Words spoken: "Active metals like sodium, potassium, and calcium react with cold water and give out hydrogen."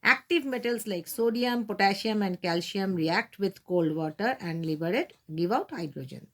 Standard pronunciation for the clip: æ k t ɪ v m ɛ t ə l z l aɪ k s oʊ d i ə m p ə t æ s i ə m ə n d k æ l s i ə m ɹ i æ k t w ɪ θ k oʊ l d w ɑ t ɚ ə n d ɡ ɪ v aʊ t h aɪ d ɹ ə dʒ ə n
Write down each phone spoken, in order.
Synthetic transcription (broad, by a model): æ k t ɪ v m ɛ t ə l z l aɪ k s oʊ d i ə m p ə t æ ʃ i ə m ə n d k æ l ʃ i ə m ɹ i æ k t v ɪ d k oʊ l d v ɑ t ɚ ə n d ɡ ɪ v aʊ t h aɪ d ɹ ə dʒ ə n